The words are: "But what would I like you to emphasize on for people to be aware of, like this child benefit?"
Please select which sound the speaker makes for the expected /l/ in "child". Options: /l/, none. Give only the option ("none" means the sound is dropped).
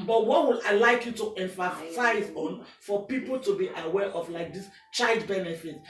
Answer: /l/